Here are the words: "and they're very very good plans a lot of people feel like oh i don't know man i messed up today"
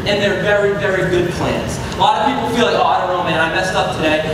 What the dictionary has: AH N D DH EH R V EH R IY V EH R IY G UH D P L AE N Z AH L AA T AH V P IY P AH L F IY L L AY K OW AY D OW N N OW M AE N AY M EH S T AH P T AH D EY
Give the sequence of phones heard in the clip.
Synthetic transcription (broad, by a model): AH N DH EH R V EH R IY V EH R IY G UH D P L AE N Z AH L AA T AH V P IY P L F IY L L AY OW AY D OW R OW M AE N AY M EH S T AH P T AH D EY